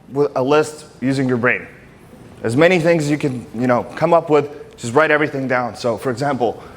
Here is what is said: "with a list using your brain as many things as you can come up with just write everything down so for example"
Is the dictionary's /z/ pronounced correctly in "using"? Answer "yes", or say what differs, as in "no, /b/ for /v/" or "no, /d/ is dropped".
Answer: yes